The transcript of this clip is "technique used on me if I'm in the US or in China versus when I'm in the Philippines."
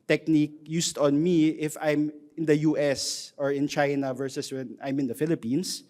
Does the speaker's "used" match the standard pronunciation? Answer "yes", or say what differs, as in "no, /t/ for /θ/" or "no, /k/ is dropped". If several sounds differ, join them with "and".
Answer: no, /s/ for /z/